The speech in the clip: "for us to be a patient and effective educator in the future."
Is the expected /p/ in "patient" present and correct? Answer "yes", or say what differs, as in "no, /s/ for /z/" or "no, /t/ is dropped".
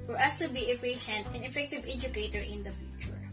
no, /f/ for /p/